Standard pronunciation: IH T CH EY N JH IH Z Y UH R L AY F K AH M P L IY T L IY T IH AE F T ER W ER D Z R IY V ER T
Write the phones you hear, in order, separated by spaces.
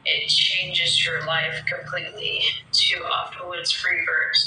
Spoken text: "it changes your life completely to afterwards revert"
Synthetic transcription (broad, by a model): IH T CH EY N JH IH Z Y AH R L AY F K AH M P L IY T L IY T IH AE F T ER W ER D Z R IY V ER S